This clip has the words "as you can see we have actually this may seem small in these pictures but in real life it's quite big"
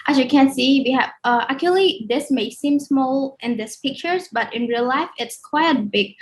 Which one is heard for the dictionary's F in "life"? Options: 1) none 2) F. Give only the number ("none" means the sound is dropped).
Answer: 2